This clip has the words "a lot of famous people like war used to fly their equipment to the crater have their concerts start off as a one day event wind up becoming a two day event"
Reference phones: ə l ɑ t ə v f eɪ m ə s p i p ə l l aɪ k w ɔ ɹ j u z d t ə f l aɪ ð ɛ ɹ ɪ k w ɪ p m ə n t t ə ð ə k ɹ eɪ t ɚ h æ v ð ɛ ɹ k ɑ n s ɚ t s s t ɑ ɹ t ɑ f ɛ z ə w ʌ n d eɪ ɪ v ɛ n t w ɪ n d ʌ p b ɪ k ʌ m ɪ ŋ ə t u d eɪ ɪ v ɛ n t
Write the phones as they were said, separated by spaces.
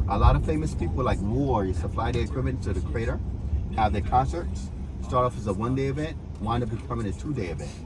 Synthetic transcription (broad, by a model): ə l ɑ t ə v f eɪ m ə s p i p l l aɪ k w ɔ ɹ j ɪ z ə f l aɪ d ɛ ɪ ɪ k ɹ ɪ m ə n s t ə ð ə k ɹ eɪ t ɚ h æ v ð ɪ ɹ k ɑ n s ɚ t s s t ɑ ɹ t ɑ f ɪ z ə w ʌ n d eɪ ɪ v ɛ n t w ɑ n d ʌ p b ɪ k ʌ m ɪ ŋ ə t u d eɪ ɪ v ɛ n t